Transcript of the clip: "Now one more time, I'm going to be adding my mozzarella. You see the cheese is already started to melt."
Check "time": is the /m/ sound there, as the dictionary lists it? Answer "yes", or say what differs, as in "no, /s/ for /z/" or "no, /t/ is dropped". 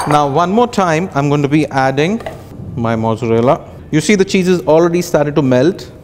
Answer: yes